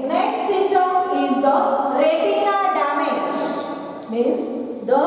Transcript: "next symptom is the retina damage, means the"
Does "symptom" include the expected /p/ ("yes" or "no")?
no